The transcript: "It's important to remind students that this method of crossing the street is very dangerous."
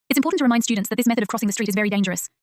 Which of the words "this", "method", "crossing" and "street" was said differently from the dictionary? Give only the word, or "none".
none